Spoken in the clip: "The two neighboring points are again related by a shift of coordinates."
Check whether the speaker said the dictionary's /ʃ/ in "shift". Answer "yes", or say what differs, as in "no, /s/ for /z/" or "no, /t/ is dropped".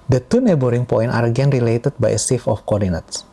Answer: no, /s/ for /ʃ/